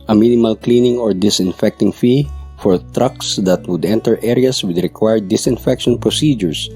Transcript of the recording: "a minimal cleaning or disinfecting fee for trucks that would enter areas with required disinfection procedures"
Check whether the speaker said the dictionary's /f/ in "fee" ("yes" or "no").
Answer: yes